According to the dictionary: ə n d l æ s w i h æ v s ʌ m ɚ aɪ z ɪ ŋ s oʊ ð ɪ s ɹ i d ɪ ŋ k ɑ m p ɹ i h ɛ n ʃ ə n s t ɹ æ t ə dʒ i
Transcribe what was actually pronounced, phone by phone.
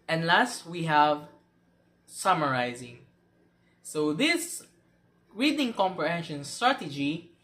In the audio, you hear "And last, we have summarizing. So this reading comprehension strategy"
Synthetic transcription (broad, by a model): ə n l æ s w i h æ v s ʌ m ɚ aɪ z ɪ ŋ s oʊ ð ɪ s ɹ i d ɪ ŋ k ɑ m p ɹ i h ɛ n ʃ ə n s t ɹ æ t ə dʒ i